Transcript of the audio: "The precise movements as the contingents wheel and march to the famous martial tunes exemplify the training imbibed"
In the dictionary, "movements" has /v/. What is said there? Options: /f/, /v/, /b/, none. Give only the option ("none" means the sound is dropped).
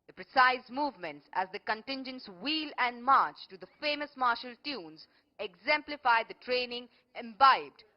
/v/